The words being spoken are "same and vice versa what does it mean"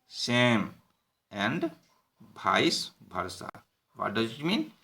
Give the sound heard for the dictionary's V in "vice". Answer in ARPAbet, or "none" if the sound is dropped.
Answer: B